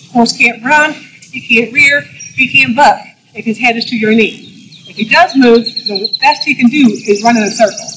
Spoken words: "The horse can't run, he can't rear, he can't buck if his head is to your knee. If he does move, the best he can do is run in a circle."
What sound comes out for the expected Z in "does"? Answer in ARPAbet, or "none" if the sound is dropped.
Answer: Z